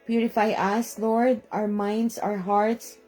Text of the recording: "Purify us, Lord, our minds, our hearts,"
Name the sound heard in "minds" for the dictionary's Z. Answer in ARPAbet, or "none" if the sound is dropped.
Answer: S